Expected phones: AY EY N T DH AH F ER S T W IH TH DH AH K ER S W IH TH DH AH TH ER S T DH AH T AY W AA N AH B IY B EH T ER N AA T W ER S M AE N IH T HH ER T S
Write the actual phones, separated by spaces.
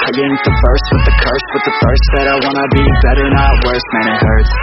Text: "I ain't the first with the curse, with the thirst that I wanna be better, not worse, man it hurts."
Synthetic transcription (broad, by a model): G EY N DH AH F ER S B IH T DH AH K ER S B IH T DH AH F ER S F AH T AY W AA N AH B IY B EH T ER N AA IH W ER S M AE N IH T HH ER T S